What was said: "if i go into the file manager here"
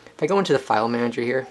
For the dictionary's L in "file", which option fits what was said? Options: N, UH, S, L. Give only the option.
L